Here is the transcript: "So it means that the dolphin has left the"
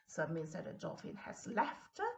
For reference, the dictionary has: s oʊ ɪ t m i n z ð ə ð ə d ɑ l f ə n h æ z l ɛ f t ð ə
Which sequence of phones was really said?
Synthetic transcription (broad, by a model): s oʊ ɪ t m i n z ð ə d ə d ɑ f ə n h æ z l ɛ f t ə